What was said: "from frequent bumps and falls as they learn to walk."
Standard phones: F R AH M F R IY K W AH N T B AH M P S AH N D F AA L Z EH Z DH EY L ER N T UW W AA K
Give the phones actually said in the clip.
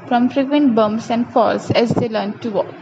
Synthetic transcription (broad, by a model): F R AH M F R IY K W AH N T B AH M S AH N D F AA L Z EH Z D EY L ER N T UW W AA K